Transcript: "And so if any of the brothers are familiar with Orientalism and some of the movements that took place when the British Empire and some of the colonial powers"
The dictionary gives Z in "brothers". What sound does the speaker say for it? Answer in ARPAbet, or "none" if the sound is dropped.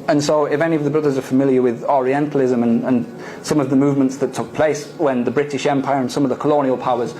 Z